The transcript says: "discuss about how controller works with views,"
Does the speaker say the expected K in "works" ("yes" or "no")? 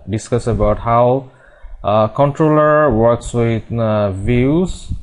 yes